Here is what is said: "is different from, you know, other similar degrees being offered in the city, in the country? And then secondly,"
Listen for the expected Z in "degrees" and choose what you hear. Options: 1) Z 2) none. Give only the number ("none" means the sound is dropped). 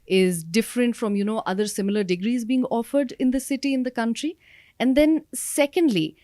1